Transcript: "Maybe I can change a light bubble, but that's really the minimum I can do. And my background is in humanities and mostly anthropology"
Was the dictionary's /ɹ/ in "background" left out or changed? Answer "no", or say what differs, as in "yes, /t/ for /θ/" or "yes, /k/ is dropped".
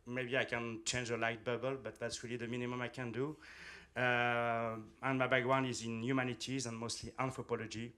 yes, /w/ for /ɹ/